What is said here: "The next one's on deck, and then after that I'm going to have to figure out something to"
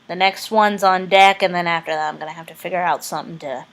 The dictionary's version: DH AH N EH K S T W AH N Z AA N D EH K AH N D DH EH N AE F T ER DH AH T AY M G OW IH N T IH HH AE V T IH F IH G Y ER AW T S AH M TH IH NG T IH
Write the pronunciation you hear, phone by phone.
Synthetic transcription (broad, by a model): DH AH N EH K S T W AH N Z N D EH K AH N DH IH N AE F T ER DH AH T AY M G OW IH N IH HH AE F T IH F IH G Y ER AW T S AH M TH IH NG T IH